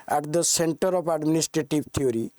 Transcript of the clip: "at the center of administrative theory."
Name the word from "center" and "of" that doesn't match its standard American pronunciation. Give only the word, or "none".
of